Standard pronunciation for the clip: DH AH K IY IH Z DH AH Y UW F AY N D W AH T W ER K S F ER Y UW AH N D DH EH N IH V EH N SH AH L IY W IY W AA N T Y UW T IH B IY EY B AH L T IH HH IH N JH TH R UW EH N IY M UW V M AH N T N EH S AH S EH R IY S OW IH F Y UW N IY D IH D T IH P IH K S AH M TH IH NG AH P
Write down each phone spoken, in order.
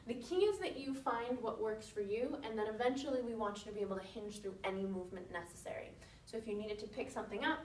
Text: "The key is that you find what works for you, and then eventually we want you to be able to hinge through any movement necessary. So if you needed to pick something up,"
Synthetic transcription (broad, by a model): DH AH K IY IH Z DH AH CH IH F AY N D W AH T W ER K S F ER Y UW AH N DH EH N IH V EH N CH L IY W IY W AA N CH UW T IH B IY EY B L T IH HH IH N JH TH R UW EH N IY M UW V M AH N N EH S AH S EH R IY S OW IH F Y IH N IY D IH D T IH P IH K S AH M TH IH NG AH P